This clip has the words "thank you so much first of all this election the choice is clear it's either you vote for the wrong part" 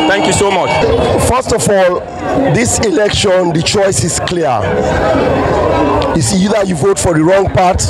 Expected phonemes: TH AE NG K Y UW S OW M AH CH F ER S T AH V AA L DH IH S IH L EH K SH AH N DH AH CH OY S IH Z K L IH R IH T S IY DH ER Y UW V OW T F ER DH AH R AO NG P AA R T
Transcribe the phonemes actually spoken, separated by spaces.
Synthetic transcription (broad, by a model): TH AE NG K Y UW S OW M AH CH F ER S T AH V AA L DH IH S IH L EH K SH AH N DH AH CH OY S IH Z K L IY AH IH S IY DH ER Y UW V OW T F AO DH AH R AO NG P AA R T